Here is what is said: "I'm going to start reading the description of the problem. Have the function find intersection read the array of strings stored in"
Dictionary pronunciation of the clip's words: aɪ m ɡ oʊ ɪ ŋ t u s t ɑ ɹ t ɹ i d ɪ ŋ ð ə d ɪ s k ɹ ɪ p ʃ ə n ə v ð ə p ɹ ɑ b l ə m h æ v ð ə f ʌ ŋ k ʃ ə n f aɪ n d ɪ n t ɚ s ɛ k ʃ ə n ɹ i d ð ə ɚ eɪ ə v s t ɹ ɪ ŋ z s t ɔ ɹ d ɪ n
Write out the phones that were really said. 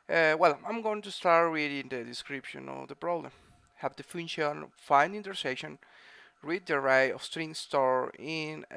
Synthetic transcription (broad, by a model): aɪ m ɡ oʊ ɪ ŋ t u s t ɑ ɹ t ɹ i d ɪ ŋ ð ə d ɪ s k ɹ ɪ p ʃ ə n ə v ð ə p ɹ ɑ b l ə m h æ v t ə f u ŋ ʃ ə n f aɪ n d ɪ n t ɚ s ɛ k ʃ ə n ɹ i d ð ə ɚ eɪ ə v s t ɹ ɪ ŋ s t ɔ ɹ ɪ n